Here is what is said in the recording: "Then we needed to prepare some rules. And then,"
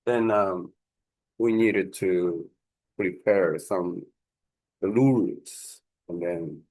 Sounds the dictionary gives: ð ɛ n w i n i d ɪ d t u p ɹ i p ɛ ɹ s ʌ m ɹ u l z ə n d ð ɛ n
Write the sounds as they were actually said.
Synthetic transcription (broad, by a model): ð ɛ n w i n i d ɪ d t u p ɹ i p ɛ ɹ s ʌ m l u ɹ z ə n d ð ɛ n